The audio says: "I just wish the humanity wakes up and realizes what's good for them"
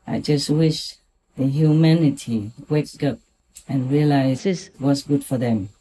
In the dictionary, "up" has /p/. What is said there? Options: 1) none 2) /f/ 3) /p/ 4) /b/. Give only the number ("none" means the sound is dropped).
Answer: 3